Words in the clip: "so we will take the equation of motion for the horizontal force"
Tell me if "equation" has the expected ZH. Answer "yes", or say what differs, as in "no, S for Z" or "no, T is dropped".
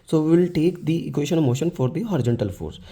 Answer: no, SH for ZH